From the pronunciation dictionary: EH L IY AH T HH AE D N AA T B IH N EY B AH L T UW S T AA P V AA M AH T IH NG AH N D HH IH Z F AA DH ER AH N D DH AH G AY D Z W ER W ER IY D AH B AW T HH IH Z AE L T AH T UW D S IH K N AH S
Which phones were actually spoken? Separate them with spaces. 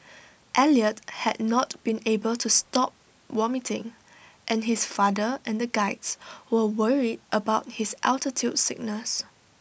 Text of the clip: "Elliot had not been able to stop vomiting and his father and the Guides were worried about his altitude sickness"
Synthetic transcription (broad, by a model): EH L IY AH T HH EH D N AA T B IH N EY B AH L T UW S T AA P W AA M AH T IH NG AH N HH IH S F AA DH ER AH N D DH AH G AY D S W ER W ER IY D AH B AW T HH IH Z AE L T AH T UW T S IH K N AH S